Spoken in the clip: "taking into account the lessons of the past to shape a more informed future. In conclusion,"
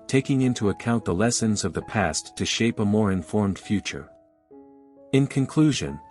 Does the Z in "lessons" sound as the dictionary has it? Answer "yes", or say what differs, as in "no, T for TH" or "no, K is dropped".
yes